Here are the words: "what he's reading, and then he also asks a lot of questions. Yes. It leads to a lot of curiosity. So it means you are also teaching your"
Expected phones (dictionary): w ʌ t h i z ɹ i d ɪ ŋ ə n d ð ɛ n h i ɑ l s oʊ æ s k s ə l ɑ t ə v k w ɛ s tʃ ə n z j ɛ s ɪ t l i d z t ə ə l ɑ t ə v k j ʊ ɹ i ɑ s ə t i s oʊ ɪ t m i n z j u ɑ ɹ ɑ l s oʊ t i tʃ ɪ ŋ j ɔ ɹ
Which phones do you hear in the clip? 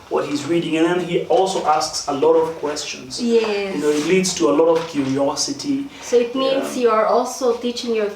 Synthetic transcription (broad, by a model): w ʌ t h i z ɹ i d ɪ ŋ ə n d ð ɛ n h i ɑ l s oʊ æ s k s ə l ɑ t ə v k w ɛ s tʃ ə n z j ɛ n ɪ t l i d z t ə ə l ɑ t ə v k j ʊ ɹ i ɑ s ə t i s oʊ ɪ t m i n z j u ɑ ɹ ɑ l s oʊ t i tʃ ɪ ŋ j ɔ ɹ